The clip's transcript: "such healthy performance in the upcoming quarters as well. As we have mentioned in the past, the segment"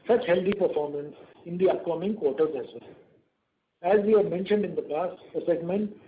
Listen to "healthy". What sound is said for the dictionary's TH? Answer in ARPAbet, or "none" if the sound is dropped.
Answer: T